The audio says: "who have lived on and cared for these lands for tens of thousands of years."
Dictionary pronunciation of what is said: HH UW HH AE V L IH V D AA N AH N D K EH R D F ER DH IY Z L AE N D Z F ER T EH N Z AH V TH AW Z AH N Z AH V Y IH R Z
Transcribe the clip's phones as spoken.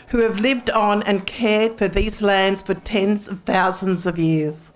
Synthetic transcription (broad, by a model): HH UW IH V L IH V D N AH N K EH R D F ER DH IY Z L AE N D Z F ER T EH N Z AH V TH AW Z AH N Z AH V Y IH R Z